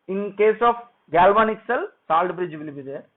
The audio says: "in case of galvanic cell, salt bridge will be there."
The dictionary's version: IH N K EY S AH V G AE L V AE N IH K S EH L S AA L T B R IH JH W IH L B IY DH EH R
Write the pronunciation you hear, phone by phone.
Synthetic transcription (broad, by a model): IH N K EY S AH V G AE L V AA N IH K S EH L S AA L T B R IH JH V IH L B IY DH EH